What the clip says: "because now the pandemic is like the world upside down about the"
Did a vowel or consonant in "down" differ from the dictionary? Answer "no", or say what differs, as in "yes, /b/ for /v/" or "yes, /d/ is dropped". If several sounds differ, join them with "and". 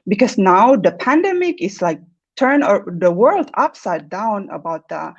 no